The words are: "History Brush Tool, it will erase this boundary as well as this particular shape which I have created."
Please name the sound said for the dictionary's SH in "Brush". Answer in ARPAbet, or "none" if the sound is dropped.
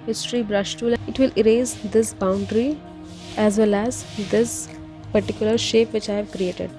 SH